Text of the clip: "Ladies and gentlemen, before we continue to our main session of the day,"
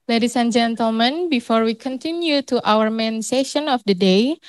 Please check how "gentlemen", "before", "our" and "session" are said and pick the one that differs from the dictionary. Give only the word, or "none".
none